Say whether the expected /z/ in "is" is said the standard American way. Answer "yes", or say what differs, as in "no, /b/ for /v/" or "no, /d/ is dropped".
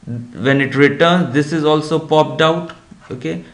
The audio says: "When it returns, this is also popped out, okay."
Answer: yes